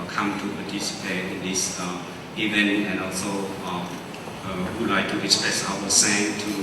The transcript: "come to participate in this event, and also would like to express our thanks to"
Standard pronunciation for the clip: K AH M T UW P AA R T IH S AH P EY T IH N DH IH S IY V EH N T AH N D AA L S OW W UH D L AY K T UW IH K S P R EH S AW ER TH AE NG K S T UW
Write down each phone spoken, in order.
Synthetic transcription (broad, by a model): K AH M T UW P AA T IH S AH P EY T IH N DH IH S IY V EH N T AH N AA L S OW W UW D L AY K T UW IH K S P R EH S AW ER S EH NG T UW